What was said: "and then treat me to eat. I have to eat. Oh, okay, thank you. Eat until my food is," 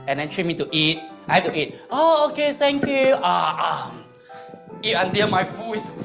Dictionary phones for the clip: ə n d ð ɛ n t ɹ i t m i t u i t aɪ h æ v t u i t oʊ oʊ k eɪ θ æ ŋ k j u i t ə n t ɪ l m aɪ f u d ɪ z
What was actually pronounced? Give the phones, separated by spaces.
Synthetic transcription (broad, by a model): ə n d ɛ n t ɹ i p m i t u i t aɪ h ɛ f t u i t oʊ oʊ k eɪ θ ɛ ŋ k j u i t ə n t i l m aɪ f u ɪ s